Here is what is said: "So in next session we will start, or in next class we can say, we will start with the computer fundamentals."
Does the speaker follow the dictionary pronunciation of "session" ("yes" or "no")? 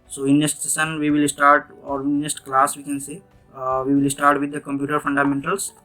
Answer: no